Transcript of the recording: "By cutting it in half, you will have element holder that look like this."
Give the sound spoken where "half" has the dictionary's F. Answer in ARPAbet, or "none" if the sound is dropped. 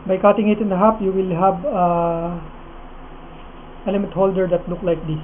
P